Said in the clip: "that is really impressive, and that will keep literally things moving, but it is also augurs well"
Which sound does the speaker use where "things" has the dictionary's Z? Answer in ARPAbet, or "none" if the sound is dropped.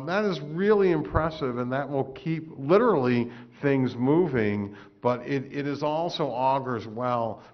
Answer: Z